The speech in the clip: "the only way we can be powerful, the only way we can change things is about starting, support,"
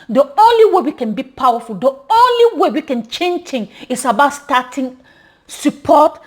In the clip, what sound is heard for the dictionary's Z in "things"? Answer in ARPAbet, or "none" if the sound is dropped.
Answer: none